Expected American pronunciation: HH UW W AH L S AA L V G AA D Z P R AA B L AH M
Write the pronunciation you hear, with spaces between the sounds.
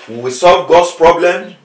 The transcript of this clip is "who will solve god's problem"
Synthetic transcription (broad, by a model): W W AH S AA L V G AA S P R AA B L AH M